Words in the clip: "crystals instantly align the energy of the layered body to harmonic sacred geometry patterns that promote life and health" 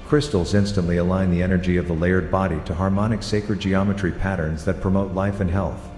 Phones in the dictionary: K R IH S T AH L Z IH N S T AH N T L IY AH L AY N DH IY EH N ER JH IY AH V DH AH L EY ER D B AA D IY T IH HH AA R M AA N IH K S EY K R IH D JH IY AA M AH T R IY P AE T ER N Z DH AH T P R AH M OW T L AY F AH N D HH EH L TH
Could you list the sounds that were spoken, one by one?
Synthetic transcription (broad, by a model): K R IH S T L Z IH N S T AH N T L IY AH L AY N DH IY EH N ER JH IY AH V DH AH L EY ER D B AA D IY T IH HH AA R M AA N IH K S EY K R IH D JH IY AA M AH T R IY P AE T ER N Z DH AH T P R AH M OW T L AY F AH N HH EH L TH